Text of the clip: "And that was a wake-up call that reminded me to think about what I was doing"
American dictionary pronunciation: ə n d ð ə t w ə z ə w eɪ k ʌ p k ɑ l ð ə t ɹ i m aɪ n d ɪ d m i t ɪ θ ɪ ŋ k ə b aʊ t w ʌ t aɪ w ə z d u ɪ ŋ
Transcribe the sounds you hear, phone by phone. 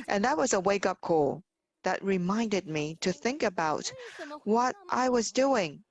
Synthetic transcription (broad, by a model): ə n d ð ə t w ə z ə w eɪ k ʌ p k ɑ l ð ə t ɹ i m aɪ n d ɪ d m i t ɪ θ ɪ ŋ k ə b aʊ t w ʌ t aɪ w ə z d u ɪ ŋ